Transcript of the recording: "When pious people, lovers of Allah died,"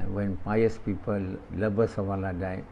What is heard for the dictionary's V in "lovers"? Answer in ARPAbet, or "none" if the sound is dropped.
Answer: B